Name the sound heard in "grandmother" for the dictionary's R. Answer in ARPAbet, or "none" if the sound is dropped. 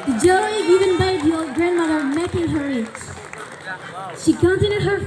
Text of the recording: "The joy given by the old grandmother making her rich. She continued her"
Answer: R